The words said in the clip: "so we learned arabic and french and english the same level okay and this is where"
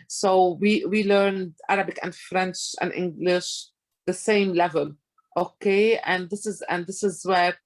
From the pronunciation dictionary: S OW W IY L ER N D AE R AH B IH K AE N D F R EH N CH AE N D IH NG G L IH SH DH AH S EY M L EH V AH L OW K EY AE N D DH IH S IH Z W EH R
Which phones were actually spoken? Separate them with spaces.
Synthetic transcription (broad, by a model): S OW W IY L ER N D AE R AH B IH K AE N D F R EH N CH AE N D IH NG G L IH SH DH AH S EY M L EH V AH L OW K EY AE N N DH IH S IH Z W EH R